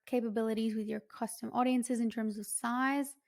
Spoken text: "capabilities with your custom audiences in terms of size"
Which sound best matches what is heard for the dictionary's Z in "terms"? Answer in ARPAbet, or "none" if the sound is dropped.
Z